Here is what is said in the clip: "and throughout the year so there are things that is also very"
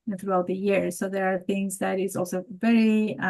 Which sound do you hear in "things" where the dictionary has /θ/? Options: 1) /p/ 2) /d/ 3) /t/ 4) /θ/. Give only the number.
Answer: 4